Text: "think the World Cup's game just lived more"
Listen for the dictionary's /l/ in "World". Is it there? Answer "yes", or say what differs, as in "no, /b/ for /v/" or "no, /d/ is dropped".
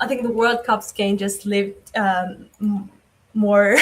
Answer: yes